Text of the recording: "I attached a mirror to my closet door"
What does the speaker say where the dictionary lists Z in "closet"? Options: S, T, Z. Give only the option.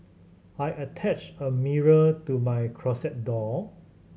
S